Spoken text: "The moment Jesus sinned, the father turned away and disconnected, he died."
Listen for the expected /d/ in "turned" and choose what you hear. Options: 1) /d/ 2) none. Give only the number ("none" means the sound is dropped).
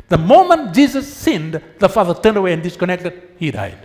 1